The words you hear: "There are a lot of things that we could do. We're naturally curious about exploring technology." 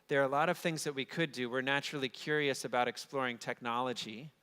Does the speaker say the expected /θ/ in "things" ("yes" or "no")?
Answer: yes